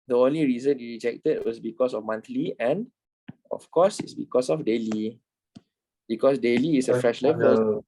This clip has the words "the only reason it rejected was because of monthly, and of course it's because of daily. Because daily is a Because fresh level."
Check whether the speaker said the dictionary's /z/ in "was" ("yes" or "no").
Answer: no